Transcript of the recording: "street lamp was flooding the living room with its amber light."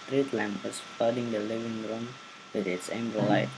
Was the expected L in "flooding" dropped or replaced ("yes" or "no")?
yes